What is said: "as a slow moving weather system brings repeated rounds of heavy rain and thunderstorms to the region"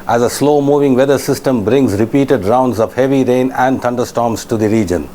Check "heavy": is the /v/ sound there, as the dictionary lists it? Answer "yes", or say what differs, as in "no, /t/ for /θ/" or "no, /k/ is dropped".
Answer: yes